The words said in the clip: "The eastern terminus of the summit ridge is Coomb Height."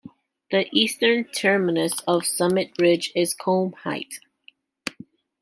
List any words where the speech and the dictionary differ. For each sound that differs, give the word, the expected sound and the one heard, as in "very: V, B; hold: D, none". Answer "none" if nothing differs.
none